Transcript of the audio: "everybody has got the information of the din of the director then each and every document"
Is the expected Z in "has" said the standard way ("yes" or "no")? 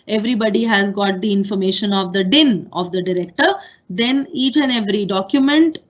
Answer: yes